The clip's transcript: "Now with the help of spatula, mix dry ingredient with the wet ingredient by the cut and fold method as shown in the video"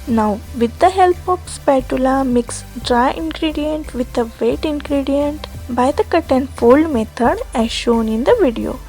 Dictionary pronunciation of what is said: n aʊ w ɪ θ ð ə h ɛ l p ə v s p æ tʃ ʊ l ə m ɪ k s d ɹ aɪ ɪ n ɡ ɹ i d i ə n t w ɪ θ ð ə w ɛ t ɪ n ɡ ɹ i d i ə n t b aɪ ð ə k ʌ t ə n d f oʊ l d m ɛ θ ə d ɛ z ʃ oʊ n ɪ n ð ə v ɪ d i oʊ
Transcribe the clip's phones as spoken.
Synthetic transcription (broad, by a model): n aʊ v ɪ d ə h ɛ l p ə p s p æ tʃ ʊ l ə m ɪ k s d ɹ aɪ ɪ n ɡ ɹ i d i ə n t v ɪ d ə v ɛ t ɪ n ɡ ɹ i d i ə n t b aɪ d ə k ʌ t ə n d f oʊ l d m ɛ t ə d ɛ ʃ oʊ n ɪ n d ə v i d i oʊ